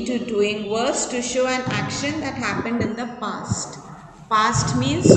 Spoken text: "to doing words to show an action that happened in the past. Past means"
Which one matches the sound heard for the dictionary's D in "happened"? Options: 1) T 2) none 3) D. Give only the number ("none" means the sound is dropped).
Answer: 3